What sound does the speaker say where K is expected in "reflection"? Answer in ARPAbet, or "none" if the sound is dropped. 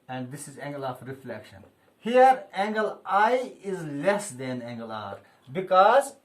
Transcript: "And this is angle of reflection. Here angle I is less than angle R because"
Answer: K